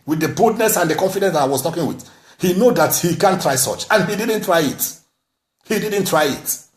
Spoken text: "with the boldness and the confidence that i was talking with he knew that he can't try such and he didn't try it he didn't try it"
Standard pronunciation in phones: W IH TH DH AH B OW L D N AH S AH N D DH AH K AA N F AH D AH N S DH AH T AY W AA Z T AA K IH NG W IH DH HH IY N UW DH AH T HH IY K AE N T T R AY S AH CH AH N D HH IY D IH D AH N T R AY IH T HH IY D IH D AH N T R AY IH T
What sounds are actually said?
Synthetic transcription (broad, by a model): W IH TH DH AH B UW D N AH S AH N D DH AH K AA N F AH D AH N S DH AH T AY W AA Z T AA K IH NG W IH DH HH IY N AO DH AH T HH IY K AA N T T R AY S AH CH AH N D HH IY D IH D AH N T R AY IH T HH IY D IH D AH N T R AY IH T